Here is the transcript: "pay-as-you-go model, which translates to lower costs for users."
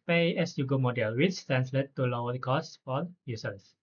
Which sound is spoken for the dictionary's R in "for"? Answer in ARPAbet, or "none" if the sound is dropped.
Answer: L